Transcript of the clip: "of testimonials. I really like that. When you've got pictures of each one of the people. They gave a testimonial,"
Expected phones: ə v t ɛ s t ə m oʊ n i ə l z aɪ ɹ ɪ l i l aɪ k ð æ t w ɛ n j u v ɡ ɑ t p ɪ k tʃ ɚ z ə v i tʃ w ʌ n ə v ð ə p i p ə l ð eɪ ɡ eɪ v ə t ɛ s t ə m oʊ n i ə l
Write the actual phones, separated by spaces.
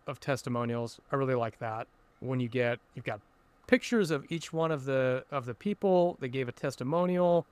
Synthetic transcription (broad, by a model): ə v t ɛ s t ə m oʊ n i l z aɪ ɹ ɪ l i l aɪ k ð æ t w ɛ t j u v ɡ ɑ t p ɪ k tʃ ɚ z ə v i tʃ w ʌ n ə v ð ə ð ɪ p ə l ð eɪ ɡ eɪ v ə t ɛ s t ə m oʊ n i l